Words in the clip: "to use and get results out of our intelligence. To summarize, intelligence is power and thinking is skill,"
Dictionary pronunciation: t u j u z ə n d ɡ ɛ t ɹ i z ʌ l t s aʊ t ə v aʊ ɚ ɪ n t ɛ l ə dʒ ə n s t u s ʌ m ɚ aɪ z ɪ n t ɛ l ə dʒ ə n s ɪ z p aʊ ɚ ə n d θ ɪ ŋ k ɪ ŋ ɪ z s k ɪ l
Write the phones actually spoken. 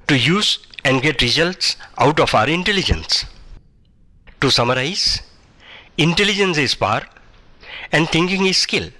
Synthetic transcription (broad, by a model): t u j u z ə n d ɡ ɛ t ɹ i z ʌ l t s aʊ t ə f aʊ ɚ ɪ n t ɛ l ə dʒ ə n s t u s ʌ m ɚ aɪ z ɪ n t ɛ l ə dʒ ə n s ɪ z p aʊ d ə n d t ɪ ŋ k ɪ ŋ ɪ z s k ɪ l